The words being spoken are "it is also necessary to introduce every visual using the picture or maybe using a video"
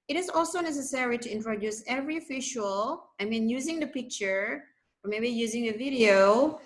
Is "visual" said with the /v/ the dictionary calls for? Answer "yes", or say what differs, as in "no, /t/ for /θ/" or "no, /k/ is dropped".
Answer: no, /f/ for /v/